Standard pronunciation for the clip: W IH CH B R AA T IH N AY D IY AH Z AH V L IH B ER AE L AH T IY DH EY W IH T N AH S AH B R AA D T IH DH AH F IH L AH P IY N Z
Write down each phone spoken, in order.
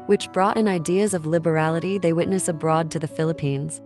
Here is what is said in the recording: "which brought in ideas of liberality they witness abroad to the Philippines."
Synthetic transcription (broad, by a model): W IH CH B R AA T IH N AY D IY AH Z AH V L IH B ER AE L AH T IY DH EY W IH T N AH S AH B R AA D T IH DH AH F IH L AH P IY N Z